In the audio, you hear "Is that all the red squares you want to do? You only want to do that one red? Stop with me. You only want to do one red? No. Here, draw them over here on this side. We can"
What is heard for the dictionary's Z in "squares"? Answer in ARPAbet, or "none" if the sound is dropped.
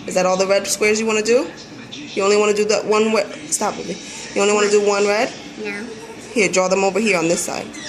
Z